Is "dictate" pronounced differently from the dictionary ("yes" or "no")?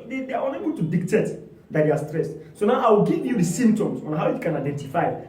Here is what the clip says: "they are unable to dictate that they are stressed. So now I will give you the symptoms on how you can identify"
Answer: no